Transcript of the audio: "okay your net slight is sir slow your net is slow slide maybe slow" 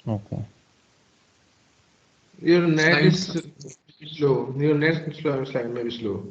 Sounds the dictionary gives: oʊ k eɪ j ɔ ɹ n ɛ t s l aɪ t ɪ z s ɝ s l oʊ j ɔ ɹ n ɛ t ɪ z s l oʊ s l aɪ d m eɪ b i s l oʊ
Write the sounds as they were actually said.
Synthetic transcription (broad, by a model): oʊ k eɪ j ɔ ɹ n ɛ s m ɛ ɪ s s l oʊ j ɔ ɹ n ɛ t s s l oʊ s l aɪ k m eɪ b i s l oʊ